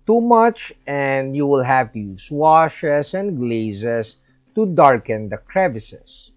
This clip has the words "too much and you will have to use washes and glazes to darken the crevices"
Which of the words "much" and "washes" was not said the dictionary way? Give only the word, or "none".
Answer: washes